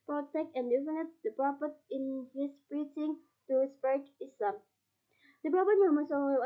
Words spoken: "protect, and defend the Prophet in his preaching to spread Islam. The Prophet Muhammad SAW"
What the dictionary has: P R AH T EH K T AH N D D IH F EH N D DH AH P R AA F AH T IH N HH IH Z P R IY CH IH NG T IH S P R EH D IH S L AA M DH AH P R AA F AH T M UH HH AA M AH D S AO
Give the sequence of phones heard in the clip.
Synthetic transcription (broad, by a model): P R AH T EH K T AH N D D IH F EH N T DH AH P R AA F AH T IH N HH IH S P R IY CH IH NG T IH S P EH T IH S L AA M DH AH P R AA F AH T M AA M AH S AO